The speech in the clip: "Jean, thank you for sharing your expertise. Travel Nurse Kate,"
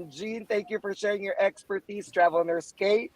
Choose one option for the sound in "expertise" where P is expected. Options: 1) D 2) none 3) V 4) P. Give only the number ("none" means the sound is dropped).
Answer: 4